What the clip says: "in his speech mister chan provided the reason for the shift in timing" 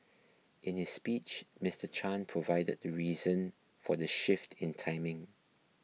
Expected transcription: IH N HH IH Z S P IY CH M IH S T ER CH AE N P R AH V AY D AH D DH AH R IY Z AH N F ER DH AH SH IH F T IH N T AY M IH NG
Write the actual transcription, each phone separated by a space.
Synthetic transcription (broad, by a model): IH N HH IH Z S P IY CH M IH S T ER CH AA N P R AH V AY D AH D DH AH R IY Z AH N F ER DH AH SH IH F T IH N T AY M IH NG